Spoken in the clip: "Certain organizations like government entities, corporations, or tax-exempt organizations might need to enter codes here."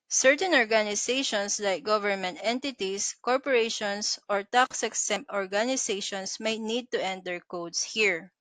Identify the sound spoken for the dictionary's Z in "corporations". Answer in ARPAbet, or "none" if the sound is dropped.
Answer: S